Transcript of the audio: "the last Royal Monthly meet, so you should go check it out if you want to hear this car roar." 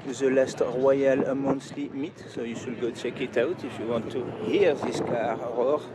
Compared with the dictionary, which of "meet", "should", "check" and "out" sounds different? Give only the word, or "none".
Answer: should